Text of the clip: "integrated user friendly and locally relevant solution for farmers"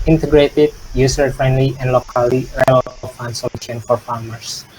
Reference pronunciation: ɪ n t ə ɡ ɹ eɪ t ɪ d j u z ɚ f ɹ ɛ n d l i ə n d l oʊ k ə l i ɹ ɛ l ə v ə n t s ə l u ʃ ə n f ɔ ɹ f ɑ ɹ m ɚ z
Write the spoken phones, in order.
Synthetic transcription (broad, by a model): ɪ n t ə ɡ ɹ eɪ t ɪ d j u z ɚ f ɹ ɛ n d l i ə n d l oʊ k ə l i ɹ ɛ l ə f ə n s ə l u ʃ ə n f ɔ ɹ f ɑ ɹ m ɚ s